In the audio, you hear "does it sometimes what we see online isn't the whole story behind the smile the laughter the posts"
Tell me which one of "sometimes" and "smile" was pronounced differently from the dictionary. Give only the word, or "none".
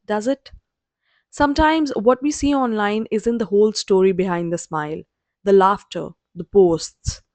none